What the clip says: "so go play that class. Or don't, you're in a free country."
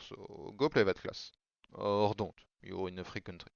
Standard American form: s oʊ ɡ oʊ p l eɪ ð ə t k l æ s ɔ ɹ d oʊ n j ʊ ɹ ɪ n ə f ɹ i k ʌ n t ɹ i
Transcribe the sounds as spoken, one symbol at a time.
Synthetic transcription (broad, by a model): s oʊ ɡ oʊ p l eɪ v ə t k l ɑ s ɔ ɹ d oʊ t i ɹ ɪ n ə f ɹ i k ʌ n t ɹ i